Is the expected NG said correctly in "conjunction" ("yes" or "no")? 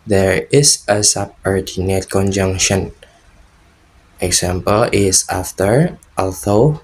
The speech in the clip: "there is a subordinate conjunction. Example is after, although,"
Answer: yes